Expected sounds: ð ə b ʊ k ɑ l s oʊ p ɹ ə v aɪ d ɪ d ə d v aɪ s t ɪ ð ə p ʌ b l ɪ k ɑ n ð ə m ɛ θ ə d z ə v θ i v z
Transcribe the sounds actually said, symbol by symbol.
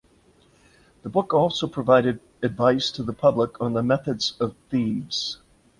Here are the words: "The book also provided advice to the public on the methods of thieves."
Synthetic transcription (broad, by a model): ð ə b ʊ k ɑ l s oʊ p ɹ ə v aɪ d ɪ d ə d v aɪ s t ɪ ð ə p ʌ b l ɪ k n ð ə m ɛ θ ə d z ə v θ i v z